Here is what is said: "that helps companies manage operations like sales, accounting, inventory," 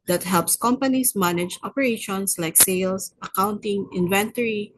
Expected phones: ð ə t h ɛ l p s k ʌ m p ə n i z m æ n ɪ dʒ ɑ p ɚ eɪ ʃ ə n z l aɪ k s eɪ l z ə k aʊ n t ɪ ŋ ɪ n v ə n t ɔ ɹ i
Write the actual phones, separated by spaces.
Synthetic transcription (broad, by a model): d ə t h ɛ l p s k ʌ m p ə n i s m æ n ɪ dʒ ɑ p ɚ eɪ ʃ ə n s l aɪ k s eɪ l s ə k aʊ n t ɪ ŋ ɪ n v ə n t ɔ ɹ i